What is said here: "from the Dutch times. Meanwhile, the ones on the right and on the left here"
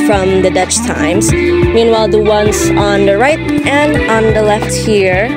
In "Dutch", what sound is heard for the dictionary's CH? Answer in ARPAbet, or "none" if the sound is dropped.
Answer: CH